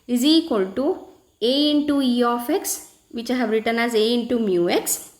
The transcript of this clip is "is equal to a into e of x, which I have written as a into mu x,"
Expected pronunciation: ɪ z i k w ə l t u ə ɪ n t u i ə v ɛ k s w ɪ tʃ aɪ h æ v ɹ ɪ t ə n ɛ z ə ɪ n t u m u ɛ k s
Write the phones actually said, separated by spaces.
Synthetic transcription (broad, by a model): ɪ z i k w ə l t u ə ɪ n t u i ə f ɛ k s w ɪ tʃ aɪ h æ b ɹ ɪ t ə n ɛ z ə ɪ n t u m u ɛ k s